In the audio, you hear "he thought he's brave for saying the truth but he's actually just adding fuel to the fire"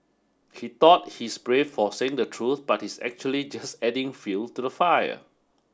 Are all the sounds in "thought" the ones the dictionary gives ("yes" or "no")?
no